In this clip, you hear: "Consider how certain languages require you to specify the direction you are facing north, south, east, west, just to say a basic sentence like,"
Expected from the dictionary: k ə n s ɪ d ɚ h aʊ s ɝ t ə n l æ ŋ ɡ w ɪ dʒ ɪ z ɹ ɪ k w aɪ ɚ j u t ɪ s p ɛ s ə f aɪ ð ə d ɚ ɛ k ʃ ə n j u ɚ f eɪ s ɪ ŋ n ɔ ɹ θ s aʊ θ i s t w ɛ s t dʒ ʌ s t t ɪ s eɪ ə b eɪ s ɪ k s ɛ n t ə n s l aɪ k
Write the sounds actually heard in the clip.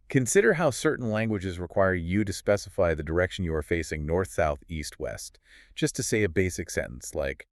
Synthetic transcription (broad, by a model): k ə n s ɪ d ɚ h aʊ s ɝ t n l æ ŋ ɡ w ɪ dʒ ɪ z ɹ ɪ k w aɪ ɚ j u t ɪ s p ɛ s ə f aɪ ð ə d ɚ ɛ k ʃ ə n j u ɚ f eɪ s ɪ ŋ n ɔ ɹ θ s aʊ θ i s t w ɛ s t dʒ ʌ s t t ɪ s eɪ ə b eɪ s ɪ k s ɛ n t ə n s l aɪ k